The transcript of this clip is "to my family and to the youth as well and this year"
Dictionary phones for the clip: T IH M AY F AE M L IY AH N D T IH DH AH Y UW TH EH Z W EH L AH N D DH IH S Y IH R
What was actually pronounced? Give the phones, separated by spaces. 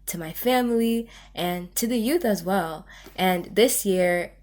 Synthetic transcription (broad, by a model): T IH M AY F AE M L IY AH N T IH DH AH Y UW TH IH Z W EH L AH N DH IH S Y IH R